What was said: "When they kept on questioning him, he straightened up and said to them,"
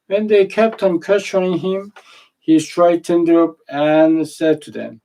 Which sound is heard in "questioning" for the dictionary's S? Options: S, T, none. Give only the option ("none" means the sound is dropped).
none